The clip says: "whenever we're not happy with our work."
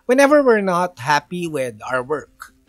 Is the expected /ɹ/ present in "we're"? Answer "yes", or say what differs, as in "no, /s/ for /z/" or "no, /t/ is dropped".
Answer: yes